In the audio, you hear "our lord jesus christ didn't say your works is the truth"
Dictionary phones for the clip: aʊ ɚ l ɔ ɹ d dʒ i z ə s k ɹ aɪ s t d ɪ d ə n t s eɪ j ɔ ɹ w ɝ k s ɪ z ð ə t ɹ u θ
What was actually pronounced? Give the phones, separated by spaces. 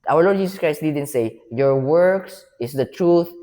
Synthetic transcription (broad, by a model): aʊ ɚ l ɔ ɹ d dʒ i s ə s k ɹ aɪ s t d ɪ d ə n t s eɪ j ɔ ɹ w ɝ k s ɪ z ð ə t ɹ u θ